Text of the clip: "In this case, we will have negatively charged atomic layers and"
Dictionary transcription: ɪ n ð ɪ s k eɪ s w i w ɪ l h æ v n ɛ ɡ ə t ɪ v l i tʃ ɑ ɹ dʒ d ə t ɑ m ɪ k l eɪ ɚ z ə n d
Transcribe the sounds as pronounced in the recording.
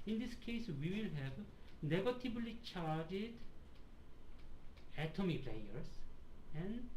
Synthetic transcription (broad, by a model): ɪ n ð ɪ s k eɪ s w i w ɪ l h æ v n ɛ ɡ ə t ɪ b l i tʃ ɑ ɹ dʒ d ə t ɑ m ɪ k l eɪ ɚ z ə n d